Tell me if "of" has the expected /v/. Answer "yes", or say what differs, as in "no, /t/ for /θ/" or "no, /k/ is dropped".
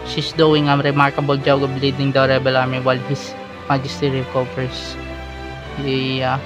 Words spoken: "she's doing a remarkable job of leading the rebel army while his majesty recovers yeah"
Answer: no, /b/ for /v/